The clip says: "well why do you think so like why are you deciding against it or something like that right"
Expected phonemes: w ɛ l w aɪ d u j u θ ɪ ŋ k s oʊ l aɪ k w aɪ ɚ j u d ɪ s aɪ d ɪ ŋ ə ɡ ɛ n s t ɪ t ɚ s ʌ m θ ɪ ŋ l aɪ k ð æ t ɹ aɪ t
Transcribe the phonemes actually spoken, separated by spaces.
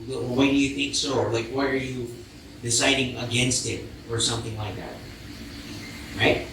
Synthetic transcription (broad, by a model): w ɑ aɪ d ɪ j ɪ θ ɪ ŋ k s oʊ l aɪ k w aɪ ɚ j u d ɪ s aɪ d ɪ ŋ ə ɡ ɛ n s t ɪ t ɚ s ʌ m θ ɪ ŋ l aɪ k ð æ t ɹ aɪ t